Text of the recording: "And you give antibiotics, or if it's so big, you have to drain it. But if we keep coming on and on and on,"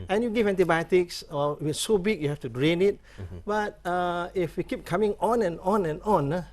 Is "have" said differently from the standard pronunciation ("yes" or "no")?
yes